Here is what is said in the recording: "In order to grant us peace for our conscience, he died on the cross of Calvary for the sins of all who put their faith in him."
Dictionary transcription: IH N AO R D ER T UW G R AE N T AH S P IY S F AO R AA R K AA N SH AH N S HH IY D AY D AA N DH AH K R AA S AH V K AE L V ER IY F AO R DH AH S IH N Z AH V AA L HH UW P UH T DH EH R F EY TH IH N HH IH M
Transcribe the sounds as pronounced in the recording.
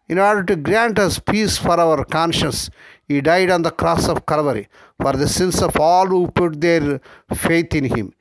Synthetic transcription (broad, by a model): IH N AO R D ER T UW G R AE N T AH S P IY S F AO R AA R K AA N SH AH N S HH IY D AY D AA N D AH K R AA S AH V K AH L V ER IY F AO R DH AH S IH N S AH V AA L HH UW P UH T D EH R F EY T IH N HH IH M